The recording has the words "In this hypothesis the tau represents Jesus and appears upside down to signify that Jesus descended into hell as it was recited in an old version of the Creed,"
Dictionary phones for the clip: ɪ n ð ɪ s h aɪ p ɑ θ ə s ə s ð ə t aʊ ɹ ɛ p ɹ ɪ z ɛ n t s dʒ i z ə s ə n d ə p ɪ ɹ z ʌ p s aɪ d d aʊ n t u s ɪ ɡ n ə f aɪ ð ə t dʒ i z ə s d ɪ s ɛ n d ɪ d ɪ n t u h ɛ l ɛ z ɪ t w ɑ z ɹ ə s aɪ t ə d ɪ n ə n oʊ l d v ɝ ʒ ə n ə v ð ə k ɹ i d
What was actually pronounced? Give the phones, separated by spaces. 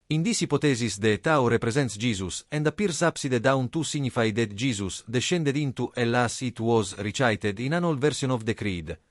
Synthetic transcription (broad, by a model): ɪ n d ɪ s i p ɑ t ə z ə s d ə t aʊ ɹ ɛ p ɹ ɪ z ɛ n t s dʒ i z ə s ə n d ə p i ɹ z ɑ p s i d d aʊ n t u s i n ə f aɪ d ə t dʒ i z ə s d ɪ ʃ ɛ n d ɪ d ɪ n t u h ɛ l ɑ s ɪ t w ɑ z ɹ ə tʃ aɪ t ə d ɪ n ə n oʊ l v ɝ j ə n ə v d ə k ɹ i d